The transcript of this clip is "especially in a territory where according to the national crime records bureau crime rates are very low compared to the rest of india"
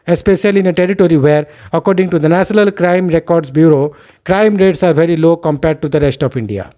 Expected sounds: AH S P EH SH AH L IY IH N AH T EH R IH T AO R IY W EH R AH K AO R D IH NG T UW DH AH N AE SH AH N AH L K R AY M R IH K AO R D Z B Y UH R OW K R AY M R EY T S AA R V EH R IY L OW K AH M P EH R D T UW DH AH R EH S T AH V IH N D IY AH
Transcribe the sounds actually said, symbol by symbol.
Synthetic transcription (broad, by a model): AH S P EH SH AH L IY IH N AH T EH R IH T AO R IY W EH R AH K AO R D IH NG T UW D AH N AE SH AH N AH L K R AY M R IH K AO R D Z B Y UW R OW K R AY M R EY T S AA R V EH R IY L OW K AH M P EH R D T UW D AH R EH S T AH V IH N D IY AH